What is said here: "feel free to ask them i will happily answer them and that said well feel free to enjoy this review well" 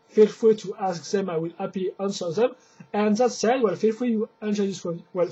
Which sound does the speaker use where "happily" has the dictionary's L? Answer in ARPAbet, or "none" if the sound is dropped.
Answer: none